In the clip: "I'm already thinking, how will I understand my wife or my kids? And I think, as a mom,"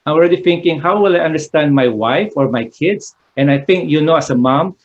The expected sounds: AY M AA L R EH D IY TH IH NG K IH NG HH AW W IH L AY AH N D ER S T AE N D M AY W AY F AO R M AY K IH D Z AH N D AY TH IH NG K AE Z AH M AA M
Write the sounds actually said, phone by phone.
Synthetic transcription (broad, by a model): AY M AA L R EH D IY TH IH NG K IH NG HH AW W IH L AY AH N D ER S T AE N D M AY W AY F AO R M AY K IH D S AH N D AY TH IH NG K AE S AH M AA M